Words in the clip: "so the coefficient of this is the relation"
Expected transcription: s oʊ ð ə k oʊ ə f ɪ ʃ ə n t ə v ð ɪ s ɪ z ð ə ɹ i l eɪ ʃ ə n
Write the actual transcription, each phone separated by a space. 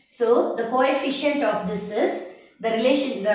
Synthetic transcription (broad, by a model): s oʊ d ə k oʊ ə f ɪ ʃ ə n t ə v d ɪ s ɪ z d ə ɹ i l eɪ ʃ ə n